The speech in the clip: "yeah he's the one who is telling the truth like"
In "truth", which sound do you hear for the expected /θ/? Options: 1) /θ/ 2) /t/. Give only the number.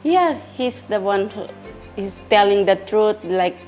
2